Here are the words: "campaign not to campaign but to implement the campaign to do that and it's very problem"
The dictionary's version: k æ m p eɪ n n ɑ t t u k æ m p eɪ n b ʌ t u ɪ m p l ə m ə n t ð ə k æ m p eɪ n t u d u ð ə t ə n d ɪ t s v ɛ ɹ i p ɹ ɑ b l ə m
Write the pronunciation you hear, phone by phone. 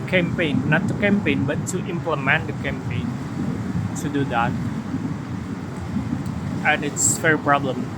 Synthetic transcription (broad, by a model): k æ m p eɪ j n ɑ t t u k æ m p eɪ n b ʌ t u ɪ m p l ə m ə n t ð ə k æ m p eɪ n t u d u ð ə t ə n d ɪ t s f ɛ ɹ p ɹ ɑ b l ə m